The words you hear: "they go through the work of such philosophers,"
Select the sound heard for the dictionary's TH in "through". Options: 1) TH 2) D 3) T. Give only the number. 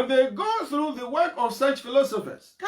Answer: 1